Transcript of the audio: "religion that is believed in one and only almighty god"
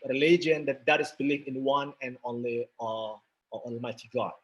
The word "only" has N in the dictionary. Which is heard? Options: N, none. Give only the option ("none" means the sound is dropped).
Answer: N